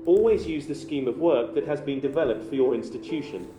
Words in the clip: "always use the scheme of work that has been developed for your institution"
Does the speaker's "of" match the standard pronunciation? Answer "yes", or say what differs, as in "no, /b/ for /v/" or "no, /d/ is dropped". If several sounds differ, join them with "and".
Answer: yes